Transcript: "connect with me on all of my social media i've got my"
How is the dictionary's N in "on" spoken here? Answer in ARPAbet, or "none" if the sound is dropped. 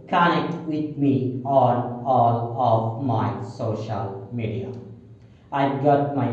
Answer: L